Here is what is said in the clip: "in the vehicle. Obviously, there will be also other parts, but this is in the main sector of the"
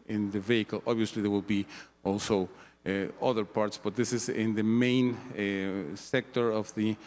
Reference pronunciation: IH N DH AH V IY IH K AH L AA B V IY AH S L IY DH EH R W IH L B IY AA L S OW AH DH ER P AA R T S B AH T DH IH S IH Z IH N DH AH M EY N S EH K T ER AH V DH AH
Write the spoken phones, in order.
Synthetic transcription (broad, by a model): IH N DH AH V IY IH K AH L AA B V IY AH S L IY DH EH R W IH L B IY AA L S OW AH DH ER P AA R T S B AH T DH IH S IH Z IH N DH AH M EY N S EH K T ER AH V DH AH